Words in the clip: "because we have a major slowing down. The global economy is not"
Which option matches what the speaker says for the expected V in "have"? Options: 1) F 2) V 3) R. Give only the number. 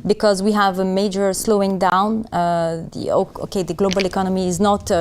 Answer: 2